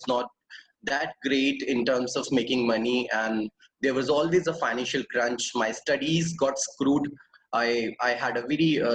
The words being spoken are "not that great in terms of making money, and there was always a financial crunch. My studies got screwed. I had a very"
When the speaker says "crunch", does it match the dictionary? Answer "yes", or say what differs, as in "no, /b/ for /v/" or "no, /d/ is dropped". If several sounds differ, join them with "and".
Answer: yes